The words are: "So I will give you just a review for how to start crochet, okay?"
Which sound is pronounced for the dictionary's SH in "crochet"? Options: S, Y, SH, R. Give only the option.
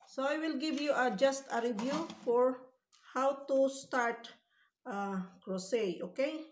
S